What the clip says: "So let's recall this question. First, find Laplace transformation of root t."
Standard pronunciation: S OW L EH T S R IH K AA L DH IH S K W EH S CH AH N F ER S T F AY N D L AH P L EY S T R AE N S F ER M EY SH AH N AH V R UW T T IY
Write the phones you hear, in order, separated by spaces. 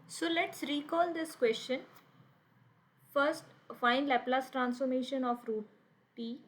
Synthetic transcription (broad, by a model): S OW L EH T S R IH K AA L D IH S K W EH S CH AH N F ER S T F AY N D L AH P L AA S T R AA N S F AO M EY SH AH N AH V R UW T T IY